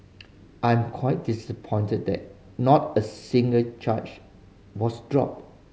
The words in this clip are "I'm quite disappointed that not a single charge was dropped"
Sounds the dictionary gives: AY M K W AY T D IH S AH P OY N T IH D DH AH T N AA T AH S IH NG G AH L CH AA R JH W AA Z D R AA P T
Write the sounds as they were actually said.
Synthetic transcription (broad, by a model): AY M K W AY T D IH S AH P OY N T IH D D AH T N AA T AH S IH NG G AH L CH AA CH W AA S D R AA P